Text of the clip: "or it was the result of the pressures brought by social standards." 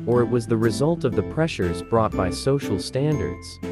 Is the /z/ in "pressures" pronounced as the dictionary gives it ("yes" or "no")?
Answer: yes